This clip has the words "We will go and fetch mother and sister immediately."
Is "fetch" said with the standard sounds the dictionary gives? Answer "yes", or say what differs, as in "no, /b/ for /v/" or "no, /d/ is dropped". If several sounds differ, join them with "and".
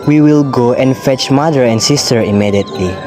yes